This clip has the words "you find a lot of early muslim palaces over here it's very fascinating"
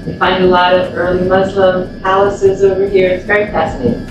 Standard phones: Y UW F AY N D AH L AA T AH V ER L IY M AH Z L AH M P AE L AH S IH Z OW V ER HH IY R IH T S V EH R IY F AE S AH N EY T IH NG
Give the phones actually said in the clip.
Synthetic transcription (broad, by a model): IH F AY N D AH L AA T AH V ER L IY M AH Z L AH M P AE L AH S IH Z OW V ER HH IY R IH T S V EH R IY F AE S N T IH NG